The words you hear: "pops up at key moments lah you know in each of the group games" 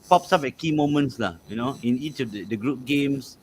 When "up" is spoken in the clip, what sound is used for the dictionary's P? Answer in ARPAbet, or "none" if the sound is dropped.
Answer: F